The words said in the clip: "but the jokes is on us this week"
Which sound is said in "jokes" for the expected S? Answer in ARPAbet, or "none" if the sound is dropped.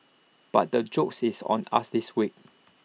S